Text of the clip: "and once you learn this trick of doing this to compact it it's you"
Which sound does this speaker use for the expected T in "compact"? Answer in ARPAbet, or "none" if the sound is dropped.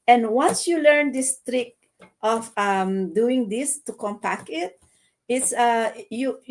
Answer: none